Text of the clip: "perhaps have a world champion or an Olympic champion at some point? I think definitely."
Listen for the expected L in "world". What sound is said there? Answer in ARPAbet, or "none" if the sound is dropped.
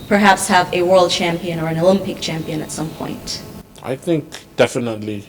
L